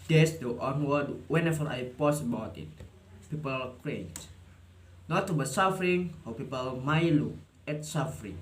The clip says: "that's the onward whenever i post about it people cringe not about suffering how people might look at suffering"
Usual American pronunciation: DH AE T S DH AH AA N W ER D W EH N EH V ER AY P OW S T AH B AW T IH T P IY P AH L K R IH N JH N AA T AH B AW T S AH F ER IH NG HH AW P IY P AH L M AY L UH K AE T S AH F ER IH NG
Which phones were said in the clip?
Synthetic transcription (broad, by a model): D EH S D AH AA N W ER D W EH N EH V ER AY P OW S AH B AW T IH T P IY P AH L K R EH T N AA T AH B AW S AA F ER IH NG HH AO P IY P AH L M AY L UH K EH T S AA F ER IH NG